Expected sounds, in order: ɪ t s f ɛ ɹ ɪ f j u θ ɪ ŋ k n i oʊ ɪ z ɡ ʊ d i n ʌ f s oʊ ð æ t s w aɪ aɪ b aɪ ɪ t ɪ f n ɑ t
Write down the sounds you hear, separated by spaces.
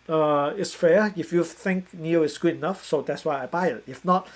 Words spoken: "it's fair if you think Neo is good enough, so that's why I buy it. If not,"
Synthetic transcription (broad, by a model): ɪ t s f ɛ ɪ f j u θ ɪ ŋ k n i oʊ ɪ s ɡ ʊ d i n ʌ f s oʊ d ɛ t s w aɪ aɪ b aɪ ɪ t ɪ f n ɑ t